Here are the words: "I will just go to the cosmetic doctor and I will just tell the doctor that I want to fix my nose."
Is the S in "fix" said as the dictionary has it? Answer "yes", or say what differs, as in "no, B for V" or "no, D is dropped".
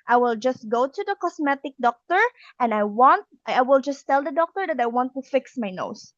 yes